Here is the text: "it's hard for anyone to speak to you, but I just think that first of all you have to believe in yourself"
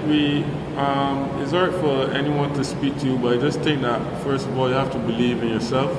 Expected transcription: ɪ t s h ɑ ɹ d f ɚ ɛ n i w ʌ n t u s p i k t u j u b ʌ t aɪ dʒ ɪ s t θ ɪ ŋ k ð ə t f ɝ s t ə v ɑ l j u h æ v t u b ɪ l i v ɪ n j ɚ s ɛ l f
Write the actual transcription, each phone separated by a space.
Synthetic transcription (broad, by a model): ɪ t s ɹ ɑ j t f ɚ ɛ n i w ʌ n t u s p i k t u j u b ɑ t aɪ dʒ ɪ s t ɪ ŋ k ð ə t f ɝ s t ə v ɑ l j u h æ f t u b ɪ l i v ɪ n j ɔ s ɛ l f